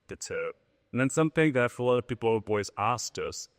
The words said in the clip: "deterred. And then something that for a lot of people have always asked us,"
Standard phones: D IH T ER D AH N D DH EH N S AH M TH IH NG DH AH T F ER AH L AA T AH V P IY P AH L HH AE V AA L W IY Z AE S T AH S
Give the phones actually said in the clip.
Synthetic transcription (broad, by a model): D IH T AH N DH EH N S AH M TH IH NG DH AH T F ER AH L AA T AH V P IY P L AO B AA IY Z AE S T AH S